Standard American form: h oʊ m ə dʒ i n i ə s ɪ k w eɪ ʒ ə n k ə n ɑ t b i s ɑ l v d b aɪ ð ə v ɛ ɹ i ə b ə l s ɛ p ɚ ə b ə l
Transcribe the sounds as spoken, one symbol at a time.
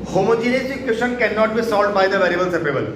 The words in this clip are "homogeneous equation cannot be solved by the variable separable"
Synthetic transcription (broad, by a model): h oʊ m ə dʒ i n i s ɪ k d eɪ ʃ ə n k ə n ɑ t b i s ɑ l d b aɪ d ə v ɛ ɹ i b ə l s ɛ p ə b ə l